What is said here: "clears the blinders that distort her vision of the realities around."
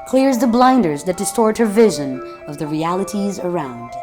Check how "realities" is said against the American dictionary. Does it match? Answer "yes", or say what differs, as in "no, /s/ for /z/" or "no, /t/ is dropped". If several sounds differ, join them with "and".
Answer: yes